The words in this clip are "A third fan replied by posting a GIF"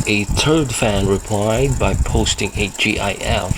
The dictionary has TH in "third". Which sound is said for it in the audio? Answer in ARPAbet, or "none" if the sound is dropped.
T